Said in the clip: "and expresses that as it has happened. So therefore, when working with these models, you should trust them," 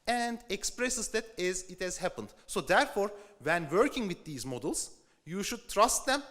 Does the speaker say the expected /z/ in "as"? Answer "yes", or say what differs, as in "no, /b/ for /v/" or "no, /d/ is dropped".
yes